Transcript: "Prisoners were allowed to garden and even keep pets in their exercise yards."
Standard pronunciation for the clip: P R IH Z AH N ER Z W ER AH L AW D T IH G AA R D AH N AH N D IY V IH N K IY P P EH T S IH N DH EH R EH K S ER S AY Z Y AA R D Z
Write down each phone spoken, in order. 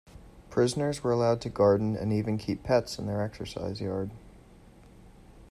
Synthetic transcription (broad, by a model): P R IH Z AH N ER Z W ER AH L AW D T IH G AA R D N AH N IY V IH N K IY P P EH T S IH N DH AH R EH K S ER S AY Z Y AA R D